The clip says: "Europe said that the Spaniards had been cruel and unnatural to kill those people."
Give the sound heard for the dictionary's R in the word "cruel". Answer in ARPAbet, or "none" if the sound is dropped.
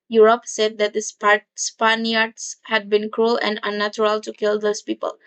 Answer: R